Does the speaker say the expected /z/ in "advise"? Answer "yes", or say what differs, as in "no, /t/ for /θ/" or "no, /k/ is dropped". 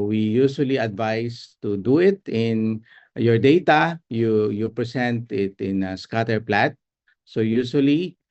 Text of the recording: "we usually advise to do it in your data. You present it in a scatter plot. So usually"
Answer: no, /s/ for /z/